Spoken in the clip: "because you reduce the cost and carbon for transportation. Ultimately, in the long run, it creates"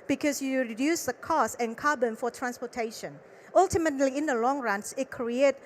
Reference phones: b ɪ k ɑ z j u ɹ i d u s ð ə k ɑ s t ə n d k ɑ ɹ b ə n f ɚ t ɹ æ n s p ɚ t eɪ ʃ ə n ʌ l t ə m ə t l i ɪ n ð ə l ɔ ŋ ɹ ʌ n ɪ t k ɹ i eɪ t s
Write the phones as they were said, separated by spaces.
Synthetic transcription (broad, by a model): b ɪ k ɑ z j u ɹ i d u s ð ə k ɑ s ə n k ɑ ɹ b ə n f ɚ t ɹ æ n s p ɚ t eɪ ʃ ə n ʌ l t ə m ə t l i ɪ n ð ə l ɔ ŋ ɹ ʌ n ɪ t k ɹ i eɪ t